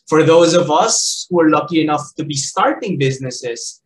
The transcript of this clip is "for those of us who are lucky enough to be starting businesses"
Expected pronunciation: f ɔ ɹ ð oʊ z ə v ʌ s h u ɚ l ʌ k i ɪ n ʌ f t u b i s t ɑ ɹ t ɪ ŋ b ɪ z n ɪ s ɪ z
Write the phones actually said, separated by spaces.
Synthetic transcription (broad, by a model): f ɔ ɹ ð oʊ z ə v ʌ s h u ɚ l ʌ k i ɪ n ʌ f t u b i s t ɑ ɹ t ɪ ŋ b ɪ z n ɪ s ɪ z